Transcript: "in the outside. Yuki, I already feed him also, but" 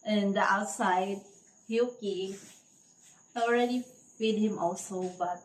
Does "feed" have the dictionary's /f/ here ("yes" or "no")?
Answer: no